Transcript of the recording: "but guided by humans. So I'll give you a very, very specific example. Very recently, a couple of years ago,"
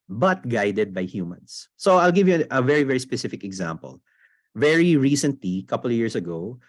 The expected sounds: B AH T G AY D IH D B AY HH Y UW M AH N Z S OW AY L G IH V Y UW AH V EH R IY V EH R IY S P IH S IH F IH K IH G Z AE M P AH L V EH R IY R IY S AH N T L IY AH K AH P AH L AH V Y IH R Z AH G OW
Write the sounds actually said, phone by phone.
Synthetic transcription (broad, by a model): B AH T G AY D IH D B AY HH Y UW M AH N S OW AY L G IH V Y UW AH V EH R IY V EH R IY S P IH S IH F IH K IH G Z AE M P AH L V EH R IY R IY S AH N T L IY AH K AH P AH L AH V Y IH R S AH G OW